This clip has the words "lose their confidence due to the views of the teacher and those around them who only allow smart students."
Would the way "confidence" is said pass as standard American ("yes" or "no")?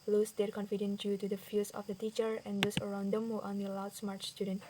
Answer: no